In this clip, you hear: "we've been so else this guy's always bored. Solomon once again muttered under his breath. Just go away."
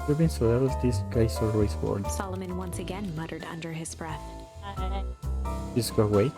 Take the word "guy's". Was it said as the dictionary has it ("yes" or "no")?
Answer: no